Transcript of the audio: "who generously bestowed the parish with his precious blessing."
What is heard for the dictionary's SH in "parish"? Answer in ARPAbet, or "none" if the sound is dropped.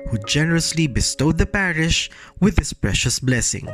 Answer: SH